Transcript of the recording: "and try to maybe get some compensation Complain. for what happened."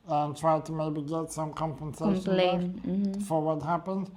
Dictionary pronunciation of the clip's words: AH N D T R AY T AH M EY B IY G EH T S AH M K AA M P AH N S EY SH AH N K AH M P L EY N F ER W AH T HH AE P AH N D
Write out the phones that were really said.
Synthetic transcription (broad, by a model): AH N T R AY T AH M EY B IY G EH T S AH M K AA M P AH N S EY AH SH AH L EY F ER W AH T HH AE P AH N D